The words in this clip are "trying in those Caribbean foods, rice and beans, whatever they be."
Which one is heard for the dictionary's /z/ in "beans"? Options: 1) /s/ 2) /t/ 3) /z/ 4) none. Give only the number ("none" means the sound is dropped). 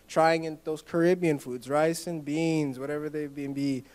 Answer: 3